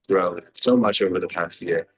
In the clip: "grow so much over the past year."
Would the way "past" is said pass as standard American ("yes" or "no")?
yes